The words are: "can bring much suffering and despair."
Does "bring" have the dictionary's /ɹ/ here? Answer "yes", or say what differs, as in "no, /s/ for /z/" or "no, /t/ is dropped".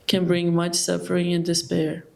yes